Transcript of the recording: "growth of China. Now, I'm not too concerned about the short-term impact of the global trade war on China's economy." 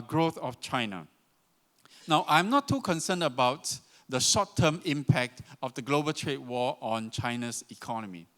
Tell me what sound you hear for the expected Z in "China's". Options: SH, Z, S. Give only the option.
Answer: S